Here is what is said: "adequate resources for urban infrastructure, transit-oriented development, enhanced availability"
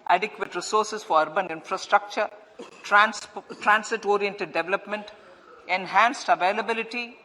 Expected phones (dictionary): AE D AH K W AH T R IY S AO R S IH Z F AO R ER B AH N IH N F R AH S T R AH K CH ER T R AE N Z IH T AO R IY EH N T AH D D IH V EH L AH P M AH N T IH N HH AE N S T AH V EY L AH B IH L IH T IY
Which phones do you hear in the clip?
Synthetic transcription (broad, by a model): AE D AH K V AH T R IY S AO R S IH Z F AO R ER B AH N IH N F R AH S T R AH K CH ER T R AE N S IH T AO R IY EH N T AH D D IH V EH L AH P M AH N T IH N HH AE N S T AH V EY L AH B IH L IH T IY